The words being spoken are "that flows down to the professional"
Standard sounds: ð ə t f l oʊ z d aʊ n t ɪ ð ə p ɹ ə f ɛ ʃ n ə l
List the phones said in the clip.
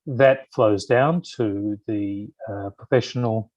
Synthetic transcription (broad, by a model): ð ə t f l oʊ z d aʊ n t ɪ ð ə p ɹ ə f ɛ ʃ n l